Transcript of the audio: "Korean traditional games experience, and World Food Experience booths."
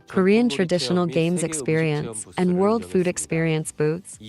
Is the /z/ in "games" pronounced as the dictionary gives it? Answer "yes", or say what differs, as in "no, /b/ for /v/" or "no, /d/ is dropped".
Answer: yes